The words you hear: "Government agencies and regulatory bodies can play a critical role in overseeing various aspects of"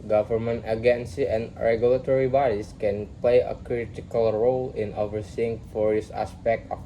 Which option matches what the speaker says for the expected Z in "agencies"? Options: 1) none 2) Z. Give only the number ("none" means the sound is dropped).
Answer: 1